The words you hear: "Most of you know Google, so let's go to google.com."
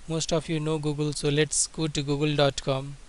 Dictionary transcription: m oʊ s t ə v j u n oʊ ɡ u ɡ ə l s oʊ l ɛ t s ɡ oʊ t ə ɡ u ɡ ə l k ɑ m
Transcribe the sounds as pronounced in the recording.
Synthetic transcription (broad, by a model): m oʊ s t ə p j u n oʊ ɡ u ɡ ə l s oʊ l ɛ t s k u t ɡ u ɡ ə l k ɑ m